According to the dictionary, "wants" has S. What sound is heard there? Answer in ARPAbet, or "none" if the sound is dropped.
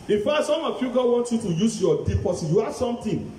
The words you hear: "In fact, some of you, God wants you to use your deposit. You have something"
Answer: none